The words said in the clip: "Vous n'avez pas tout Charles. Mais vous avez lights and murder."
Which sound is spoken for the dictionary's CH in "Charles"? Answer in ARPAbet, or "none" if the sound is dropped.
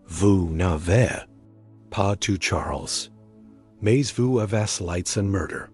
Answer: CH